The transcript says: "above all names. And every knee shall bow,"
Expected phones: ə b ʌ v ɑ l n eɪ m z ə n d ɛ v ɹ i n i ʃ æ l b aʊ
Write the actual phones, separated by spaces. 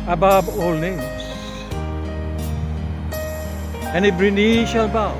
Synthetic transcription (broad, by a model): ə b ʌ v ɑ l n eɪ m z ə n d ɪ b ɹ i n i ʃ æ l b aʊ